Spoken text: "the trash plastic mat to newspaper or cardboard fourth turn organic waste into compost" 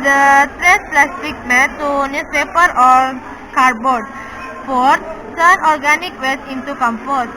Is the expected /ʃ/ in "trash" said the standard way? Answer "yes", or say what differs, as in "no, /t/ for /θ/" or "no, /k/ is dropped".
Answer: no, /s/ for /ʃ/